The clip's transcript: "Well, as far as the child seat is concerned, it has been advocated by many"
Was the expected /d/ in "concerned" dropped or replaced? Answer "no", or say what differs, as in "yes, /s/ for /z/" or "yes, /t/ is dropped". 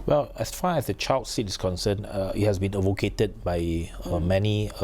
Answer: yes, /d/ is dropped